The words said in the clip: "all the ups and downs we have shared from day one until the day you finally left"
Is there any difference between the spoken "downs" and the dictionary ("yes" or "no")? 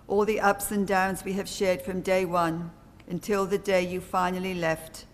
no